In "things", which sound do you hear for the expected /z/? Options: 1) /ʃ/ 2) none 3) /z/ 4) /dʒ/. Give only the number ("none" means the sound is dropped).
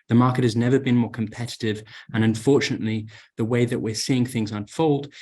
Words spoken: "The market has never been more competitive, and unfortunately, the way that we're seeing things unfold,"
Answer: 3